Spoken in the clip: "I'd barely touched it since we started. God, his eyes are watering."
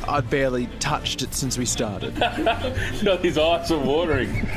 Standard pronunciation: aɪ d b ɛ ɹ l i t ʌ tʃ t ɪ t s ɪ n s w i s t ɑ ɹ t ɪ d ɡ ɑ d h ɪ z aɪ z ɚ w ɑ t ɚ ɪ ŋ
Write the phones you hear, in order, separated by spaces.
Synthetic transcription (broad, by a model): aɪ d b ɛ ɹ l i t ʌ tʃ t ɪ t s ɪ n s w i s t ɑ ɹ t ɪ d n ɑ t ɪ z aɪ s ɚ w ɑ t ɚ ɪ ŋ